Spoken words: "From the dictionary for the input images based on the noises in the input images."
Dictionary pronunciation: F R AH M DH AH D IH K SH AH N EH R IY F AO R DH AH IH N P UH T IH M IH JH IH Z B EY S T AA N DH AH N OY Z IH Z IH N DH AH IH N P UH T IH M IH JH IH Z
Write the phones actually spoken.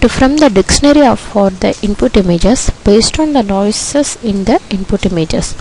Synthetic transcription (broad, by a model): F R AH M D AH D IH K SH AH N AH R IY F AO R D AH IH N P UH T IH M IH JH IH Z B EY S T AA N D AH N OY S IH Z IH N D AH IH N P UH T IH M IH JH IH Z